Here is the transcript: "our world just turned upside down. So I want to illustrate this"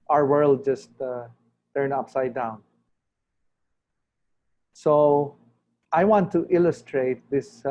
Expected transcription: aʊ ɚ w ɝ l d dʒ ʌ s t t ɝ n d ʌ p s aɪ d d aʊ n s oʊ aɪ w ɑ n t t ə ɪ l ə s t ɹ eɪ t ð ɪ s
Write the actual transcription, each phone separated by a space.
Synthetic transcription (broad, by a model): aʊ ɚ w ɝ l d dʒ ʌ s t t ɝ n ʌ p s aɪ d d aʊ n s oʊ aɪ w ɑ n t t ɪ l ə s t ɹ eɪ t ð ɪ s